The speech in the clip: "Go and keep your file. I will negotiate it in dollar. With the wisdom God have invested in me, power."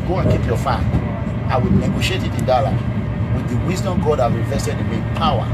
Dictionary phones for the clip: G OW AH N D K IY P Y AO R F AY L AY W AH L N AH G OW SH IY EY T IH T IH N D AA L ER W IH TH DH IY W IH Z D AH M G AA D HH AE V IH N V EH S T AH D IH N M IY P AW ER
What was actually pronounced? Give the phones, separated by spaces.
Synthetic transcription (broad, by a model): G OW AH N K IY P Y AO F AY N AY W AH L N AH G OW SH IY EY T IH T IH N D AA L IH W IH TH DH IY W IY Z D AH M G AA D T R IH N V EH S T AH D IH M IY P AW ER